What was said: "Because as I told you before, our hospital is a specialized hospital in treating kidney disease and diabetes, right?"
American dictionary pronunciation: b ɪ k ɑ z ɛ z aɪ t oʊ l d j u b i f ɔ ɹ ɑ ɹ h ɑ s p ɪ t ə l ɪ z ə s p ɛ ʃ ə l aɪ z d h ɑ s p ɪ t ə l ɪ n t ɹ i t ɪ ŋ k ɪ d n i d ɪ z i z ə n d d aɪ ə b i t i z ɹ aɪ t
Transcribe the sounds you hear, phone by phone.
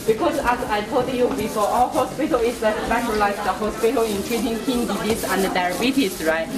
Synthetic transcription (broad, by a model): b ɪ k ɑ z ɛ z aɪ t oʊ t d j u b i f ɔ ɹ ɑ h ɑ s p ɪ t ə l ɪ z ə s f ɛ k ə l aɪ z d h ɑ s p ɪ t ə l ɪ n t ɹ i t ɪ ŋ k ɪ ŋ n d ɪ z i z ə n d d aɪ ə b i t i s ɹ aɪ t